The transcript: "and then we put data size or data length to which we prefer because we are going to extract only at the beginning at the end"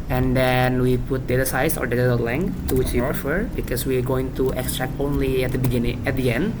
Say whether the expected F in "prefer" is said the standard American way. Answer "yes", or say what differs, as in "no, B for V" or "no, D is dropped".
yes